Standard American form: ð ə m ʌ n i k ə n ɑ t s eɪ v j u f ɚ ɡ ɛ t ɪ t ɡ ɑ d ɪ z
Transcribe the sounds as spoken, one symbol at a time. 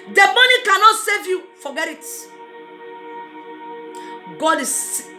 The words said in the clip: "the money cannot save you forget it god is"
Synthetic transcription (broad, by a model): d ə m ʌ n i k ə n ɑ t s eɪ v j u f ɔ ɡ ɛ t ɪ t ɡ ɑ d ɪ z